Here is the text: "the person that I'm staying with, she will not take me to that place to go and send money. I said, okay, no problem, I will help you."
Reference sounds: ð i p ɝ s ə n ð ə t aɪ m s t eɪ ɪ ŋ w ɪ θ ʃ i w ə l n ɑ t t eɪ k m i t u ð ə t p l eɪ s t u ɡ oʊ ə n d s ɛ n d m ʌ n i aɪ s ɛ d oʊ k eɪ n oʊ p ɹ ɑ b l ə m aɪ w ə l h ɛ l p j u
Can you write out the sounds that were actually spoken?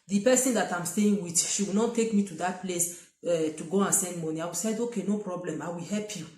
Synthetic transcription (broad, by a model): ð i p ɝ s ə n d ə t aɪ m s t eɪ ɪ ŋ w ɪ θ ʃ i w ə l n ɑ t t eɪ k m i t u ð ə t p l eɪ s t u ɡ oʊ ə n s ɛ n d m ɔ n i aɪ s ɛ d oʊ k eɪ n oʊ p ɹ ɑ b l ə m aɪ w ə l h ɛ l p j u